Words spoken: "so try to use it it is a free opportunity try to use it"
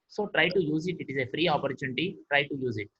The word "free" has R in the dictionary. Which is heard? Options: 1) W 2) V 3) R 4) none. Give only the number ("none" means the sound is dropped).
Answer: 3